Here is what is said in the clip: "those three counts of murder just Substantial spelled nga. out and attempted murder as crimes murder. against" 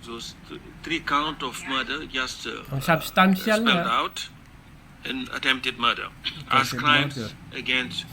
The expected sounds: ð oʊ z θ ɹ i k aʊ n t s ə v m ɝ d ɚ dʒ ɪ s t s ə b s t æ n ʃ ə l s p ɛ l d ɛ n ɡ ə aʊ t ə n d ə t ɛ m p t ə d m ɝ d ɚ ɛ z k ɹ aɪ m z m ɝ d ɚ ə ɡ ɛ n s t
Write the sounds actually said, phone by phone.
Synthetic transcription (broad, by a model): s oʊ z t ɹ i k aʊ n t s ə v m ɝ d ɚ dʒ ɪ s t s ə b s t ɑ n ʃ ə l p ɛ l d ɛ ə t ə n ə t ɛ m p t ə d m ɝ d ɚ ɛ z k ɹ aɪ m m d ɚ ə ɡ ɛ n s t